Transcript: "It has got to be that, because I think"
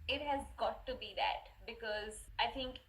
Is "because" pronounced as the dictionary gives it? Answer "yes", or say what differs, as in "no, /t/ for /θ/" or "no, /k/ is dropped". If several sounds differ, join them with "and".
yes